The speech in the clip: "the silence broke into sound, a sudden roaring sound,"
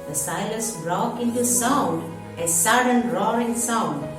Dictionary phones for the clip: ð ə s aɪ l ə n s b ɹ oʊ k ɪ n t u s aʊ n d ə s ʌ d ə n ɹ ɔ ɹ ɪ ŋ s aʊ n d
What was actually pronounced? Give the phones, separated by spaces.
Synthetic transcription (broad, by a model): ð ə s aɪ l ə s ɹ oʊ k ɪ n t u s aʊ n d ə s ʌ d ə n ɹ ɔ ɹ ɪ ŋ s aʊ n d